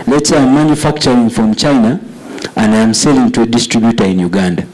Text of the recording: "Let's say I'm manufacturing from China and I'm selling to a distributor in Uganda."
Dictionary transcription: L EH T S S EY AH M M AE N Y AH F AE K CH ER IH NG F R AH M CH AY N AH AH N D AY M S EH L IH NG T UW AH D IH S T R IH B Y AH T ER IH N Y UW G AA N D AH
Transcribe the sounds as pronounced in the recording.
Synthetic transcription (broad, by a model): L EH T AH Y M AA N Y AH F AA K CH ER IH NG F R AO M CH AY N AH AH N D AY M S EH L IH NG T UW D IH S T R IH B Y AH T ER IH N Y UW G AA N D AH